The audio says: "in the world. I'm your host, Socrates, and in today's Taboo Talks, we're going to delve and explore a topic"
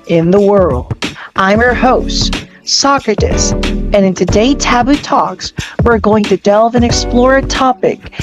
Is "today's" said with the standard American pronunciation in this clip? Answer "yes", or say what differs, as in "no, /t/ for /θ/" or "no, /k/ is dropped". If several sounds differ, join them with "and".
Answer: no, /z/ is dropped